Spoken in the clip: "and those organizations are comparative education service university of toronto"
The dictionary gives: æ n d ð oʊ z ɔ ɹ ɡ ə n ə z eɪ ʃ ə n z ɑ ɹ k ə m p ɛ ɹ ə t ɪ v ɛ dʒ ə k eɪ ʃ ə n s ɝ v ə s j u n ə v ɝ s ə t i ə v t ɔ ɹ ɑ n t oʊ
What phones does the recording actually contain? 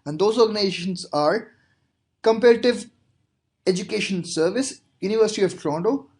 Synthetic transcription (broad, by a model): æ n d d oʊ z ɔ ɹ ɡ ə n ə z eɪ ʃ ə n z ɑ ɹ k ə m p ɛ ɹ ə t ɪ v ɛ dʒ ə k eɪ ʃ ə n s ɝ v ə s j u n ə v ɝ s ə t i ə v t ɹ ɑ n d oʊ